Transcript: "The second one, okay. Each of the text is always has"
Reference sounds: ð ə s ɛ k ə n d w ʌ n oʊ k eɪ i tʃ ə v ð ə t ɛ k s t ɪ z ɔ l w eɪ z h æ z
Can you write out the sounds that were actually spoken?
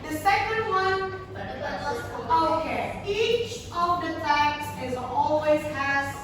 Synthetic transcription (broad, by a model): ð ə s ɛ k ə n d w ʌ n oʊ k eɪ i tʃ ə v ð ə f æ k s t ɪ z ɔ l w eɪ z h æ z